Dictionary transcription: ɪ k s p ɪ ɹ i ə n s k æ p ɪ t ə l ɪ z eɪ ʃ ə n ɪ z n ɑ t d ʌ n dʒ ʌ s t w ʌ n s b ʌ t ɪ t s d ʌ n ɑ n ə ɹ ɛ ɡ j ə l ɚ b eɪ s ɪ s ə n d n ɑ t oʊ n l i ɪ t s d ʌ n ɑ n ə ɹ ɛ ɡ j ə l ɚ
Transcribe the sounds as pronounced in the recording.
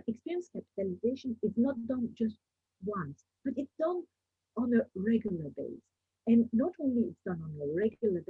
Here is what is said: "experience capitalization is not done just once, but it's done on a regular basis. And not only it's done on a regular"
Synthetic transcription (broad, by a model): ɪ k s p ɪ ɹ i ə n s k æ p ɪ t ə l ɪ z eɪ ʃ ə n ɪ z n ɑ t d ʌ n dʒ ʌ s t w ʌ n s b ʌ t ɪ t s d ʌ n ɑ n ə ɹ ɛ ɡ j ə l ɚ b eɪ ɪ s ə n n ɑ t oʊ n l i ɪ t s d ʌ n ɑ n ə ɹ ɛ ɡ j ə l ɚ